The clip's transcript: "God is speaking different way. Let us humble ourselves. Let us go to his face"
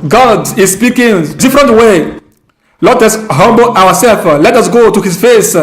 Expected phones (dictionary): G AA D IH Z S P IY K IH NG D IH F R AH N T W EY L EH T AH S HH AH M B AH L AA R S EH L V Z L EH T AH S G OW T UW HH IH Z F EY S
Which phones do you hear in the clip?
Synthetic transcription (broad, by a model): G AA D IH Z S P IY K IH NG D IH F R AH N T W EY L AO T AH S HH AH M B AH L AA W S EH L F L EH T AH S G OW T UW HH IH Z F EY S